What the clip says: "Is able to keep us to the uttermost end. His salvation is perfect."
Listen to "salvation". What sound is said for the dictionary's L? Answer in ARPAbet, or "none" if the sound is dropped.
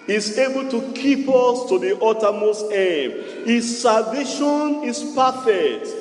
none